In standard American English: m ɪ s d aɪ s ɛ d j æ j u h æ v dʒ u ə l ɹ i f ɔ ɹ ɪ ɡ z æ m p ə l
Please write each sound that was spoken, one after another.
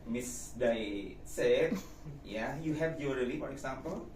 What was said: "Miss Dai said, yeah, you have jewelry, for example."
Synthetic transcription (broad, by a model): m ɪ s d aɪ s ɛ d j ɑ j u h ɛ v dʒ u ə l i f ɔ ɹ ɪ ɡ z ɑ m p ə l